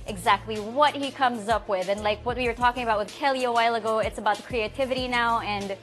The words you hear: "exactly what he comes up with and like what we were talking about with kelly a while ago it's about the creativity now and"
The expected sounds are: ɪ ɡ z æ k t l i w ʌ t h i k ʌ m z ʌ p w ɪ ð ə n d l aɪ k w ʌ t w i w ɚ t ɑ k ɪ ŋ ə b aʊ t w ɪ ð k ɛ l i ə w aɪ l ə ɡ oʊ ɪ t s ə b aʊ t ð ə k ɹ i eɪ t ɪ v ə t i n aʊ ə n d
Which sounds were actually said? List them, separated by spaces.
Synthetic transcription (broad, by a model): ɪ ɡ z æ k t l i w ʌ t h i k ʌ m z ʌ p w ɪ ð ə n l aɪ k w ʌ t w i w ɚ t ɑ k ɪ ŋ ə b aʊ t w ɪ ð k ɛ l i ə w aɪ l ə ɡ oʊ ɪ t s ə b aʊ t ð ə k ɹ i eɪ t ɪ v ə t i n aʊ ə n